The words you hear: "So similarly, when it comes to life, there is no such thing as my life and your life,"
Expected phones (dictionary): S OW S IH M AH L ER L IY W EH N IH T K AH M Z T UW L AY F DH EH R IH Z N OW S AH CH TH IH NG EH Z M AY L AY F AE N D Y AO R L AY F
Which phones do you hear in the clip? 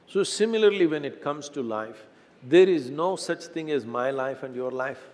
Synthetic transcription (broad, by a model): S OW S IH M AH L ER L IY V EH N IH T K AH M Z T UW L AY F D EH R IH Z N OW S AH CH T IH NG EH Z M AY L AY F AE N D Y AO R L AY F